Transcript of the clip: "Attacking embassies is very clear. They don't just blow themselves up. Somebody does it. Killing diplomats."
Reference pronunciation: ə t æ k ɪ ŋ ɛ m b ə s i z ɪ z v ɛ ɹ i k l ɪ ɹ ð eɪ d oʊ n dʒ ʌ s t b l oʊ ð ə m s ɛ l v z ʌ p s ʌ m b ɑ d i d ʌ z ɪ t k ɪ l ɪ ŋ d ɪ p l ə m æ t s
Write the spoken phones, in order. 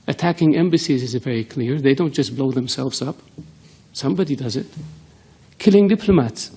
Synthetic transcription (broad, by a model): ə t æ k ɪ ŋ ɛ m b ə s i z ɪ z v ɛ ɹ i k l ɪ ɹ ð eɪ d oʊ n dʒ ʌ s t b l oʊ ð ə m s ɛ l v z ʌ p s ʌ m b ɑ d i d ʌ z ɪ t k ɪ l ɪ ŋ d ɪ p l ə m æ t s